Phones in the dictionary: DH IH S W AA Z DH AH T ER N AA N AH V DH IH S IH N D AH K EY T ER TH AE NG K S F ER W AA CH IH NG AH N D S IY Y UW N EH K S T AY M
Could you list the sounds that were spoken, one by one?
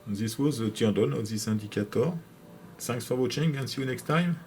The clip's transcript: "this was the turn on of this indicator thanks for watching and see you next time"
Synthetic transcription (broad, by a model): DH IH S W AA Z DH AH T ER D AA N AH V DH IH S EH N D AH K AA T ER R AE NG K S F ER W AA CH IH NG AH N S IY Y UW N EH K S T AY M